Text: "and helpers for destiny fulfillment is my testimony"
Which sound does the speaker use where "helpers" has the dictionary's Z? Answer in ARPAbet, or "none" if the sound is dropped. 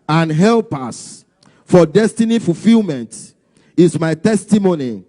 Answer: S